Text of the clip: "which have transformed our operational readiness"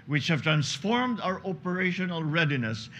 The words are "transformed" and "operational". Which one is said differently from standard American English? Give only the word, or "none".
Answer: none